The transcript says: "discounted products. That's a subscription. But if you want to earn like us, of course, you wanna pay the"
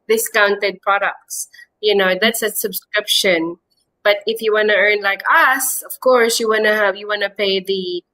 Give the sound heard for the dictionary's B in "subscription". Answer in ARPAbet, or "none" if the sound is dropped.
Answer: B